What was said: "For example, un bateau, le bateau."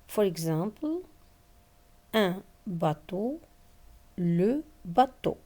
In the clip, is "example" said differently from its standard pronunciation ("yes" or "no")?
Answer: yes